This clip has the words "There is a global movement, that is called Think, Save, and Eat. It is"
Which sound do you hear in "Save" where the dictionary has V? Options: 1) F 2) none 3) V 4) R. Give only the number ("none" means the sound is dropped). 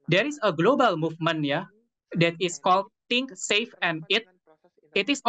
1